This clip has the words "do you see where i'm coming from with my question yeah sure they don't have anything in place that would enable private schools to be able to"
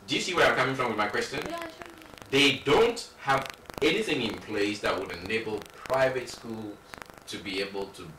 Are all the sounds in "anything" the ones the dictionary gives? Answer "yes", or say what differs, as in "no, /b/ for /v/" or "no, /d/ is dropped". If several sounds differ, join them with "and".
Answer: yes